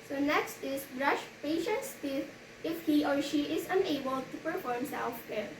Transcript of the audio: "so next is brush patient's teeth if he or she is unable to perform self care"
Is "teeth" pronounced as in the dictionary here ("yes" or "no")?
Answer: no